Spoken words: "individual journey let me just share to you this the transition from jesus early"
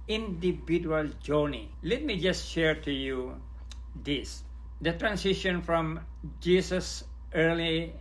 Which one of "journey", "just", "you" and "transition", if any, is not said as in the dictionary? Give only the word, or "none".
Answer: transition